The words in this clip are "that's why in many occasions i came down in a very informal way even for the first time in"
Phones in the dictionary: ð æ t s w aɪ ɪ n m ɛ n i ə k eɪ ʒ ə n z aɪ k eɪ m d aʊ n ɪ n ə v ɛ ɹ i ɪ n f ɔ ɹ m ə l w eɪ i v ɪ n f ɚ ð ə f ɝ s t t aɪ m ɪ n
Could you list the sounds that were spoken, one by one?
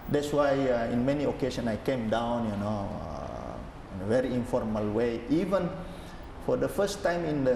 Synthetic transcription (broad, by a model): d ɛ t s w aɪ ɪ n m ɛ n i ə k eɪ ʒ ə n s aɪ k eɪ m d aʊ n ɪ n ə v ɛ ɹ i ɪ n f ɔ ɹ m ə l w eɪ i v ɪ n f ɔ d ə f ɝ s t t aɪ m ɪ n